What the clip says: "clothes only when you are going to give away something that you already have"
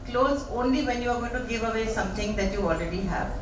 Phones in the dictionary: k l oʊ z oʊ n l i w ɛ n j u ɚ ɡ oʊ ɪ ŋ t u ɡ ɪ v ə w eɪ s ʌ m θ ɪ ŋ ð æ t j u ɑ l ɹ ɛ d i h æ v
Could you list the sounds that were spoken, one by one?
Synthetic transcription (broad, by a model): k l oʊ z oʊ n l i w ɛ n j u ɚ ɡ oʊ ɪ t u ɡ ɪ v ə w eɪ s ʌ m t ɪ ŋ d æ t j u ɑ l ɹ ɛ d i h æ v